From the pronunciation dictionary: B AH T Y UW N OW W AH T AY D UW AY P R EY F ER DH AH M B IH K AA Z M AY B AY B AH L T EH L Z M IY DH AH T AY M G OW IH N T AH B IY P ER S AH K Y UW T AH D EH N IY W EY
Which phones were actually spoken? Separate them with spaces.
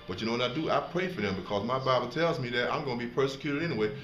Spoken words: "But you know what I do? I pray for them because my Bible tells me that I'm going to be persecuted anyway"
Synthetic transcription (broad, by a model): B AH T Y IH N OW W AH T AY D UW AY P R EY F ER DH AH M B IH K AA Z M AY B AY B L T EH L Z M IY DH AH T AY M G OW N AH B IY P ER S AH K Y UW T AH D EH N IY W EY